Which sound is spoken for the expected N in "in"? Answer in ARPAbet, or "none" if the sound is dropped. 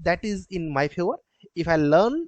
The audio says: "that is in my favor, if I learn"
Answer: N